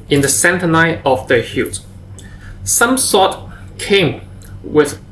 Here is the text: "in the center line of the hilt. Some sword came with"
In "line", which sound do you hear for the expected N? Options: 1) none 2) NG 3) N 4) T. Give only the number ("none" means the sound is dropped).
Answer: 1